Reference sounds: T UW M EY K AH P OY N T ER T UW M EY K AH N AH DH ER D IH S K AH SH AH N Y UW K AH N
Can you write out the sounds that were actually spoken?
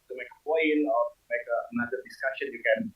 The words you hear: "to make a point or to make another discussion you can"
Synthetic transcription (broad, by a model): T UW M EY K AH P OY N ER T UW M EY K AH N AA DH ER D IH S K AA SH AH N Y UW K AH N